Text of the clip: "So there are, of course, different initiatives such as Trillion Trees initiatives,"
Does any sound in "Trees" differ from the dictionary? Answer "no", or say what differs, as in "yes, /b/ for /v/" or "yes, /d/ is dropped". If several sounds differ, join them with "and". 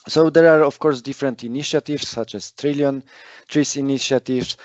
yes, /s/ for /z/